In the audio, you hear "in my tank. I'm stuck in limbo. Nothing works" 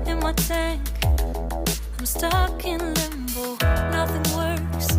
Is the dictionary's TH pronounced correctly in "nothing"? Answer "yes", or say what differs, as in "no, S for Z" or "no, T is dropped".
yes